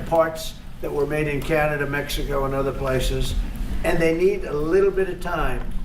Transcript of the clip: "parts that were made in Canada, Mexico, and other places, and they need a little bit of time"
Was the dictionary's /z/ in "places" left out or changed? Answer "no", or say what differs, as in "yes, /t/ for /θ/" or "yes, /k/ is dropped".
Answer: no